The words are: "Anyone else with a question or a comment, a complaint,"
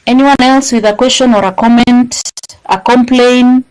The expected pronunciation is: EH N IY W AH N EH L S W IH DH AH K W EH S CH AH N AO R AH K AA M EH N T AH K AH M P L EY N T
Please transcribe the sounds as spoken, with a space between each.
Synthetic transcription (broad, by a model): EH N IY W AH N EH L S W IH DH AH K W EH S CH AH N AO R AH K AA M EH N T AH K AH M P L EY N